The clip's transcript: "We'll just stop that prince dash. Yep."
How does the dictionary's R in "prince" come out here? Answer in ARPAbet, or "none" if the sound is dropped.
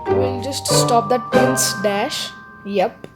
none